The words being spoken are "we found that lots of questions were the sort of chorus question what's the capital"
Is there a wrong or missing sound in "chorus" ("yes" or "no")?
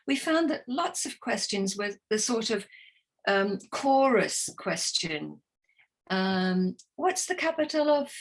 no